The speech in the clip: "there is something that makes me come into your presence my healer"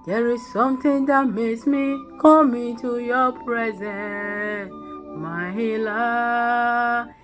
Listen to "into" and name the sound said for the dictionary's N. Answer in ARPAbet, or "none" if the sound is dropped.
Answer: none